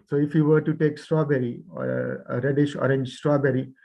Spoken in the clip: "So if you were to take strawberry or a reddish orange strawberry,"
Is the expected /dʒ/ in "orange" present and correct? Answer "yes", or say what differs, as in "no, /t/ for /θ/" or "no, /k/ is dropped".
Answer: yes